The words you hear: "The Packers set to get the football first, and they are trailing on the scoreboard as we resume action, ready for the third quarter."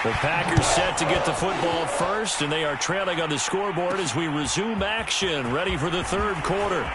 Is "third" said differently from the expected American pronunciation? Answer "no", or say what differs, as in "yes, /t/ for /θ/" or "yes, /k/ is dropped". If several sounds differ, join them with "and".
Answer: no